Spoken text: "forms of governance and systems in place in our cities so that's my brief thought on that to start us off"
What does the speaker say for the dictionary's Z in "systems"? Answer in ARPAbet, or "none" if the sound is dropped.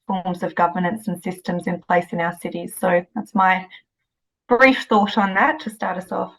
Z